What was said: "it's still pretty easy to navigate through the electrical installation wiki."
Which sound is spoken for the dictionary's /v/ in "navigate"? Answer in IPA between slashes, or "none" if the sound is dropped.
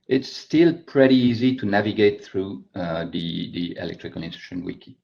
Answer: /v/